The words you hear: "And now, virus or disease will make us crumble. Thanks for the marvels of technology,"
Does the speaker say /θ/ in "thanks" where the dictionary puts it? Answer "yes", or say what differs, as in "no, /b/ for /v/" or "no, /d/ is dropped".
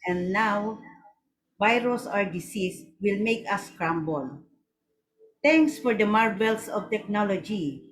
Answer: no, /t/ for /θ/